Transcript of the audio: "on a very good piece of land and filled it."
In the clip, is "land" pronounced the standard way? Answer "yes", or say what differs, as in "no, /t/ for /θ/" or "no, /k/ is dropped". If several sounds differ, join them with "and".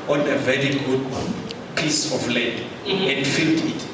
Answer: no, /n/ is dropped